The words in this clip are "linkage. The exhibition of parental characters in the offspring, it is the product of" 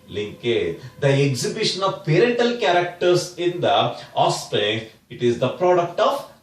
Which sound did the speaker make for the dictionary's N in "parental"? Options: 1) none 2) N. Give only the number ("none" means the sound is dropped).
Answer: 1